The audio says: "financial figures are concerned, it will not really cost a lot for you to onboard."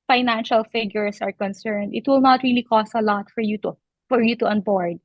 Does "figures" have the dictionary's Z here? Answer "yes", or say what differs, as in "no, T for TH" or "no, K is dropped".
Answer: no, S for Z